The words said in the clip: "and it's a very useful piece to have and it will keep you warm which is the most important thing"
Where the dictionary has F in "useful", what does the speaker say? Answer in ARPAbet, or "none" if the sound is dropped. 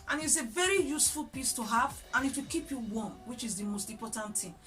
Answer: F